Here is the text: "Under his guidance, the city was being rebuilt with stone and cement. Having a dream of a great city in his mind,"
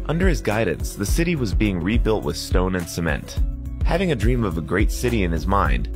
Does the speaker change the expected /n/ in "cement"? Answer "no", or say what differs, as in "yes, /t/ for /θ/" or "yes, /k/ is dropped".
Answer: no